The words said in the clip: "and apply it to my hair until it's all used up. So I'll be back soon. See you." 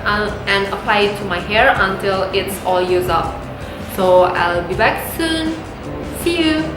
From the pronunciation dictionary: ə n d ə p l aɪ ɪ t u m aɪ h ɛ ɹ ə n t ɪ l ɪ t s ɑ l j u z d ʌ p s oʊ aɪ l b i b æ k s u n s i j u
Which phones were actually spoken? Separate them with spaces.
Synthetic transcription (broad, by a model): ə n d ə p l aɪ ɪ t u m aɪ h ɛ ɹ ə n t ɪ l ɪ t s ɑ l j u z ʌ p s oʊ aɪ l b i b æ k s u n s i j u